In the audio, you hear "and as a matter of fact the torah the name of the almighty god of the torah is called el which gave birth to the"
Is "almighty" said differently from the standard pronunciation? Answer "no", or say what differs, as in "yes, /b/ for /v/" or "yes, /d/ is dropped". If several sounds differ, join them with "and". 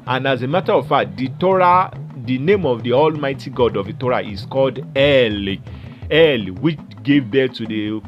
no